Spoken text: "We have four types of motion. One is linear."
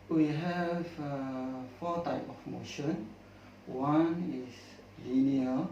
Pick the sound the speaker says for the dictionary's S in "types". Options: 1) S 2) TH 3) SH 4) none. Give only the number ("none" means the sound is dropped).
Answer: 4